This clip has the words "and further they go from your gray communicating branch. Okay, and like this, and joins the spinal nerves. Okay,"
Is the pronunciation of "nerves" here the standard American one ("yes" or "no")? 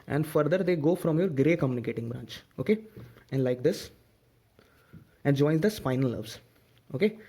no